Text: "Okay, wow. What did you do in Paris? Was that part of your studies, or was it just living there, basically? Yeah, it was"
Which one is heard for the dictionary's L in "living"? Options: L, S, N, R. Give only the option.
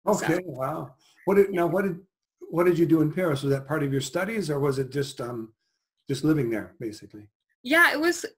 L